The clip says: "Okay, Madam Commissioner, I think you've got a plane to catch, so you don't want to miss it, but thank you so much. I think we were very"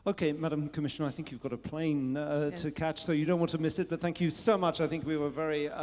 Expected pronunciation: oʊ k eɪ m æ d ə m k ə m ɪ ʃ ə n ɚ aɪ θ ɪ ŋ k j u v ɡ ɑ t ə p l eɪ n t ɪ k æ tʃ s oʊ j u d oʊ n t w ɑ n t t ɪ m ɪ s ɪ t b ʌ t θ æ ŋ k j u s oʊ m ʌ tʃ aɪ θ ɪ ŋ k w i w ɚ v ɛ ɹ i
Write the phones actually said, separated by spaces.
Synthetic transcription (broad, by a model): oʊ k eɪ m æ d ə m k ə m ɪ ʃ ə n ɚ aɪ θ ɪ ŋ k j u v ɡ ɑ t ə p l eɪ n t ɪ k æ tʃ s oʊ j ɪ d oʊ n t w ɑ n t t ɪ m ɪ s ɪ t b ʌ t θ æ ŋ k j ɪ s oʊ m ʌ tʃ aɪ θ ɪ ŋ k w i w ɚ v ɛ ɹ i